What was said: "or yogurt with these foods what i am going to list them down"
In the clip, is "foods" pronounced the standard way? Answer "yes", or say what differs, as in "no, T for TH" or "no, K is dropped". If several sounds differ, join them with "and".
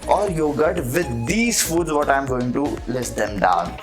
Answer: yes